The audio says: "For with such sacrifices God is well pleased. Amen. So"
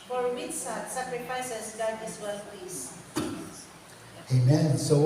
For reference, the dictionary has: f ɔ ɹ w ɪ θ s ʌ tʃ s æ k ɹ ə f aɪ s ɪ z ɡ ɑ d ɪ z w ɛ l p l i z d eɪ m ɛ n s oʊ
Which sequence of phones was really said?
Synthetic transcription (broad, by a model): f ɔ ɹ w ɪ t s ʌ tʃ s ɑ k ɹ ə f aɪ s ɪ s ɡ ɑ d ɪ s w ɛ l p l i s eɪ m ɛ n s oʊ